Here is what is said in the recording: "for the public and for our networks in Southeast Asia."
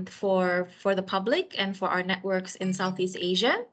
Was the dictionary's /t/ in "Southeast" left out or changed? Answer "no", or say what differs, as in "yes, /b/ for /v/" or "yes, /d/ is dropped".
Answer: no